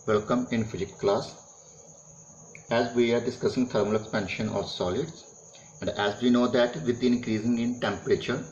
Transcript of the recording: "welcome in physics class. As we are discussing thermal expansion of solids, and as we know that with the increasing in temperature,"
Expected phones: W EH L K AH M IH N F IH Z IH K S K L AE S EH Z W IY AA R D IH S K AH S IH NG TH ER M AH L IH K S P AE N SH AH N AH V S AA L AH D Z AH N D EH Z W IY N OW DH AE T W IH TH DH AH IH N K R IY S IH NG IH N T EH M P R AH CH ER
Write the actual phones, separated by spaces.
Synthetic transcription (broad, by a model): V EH L K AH M IH N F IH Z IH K K L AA S EH Z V IY AA R D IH S K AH S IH NG T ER M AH L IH K S P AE N SH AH N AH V S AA L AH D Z AH N D EH Z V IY N OW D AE T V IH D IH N K R IY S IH NG IH N T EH M P R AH CH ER